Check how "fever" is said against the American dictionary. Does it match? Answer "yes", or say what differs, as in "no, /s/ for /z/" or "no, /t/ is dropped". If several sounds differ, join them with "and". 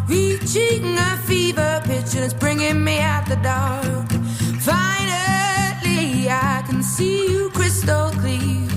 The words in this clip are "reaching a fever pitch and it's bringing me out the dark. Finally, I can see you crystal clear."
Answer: yes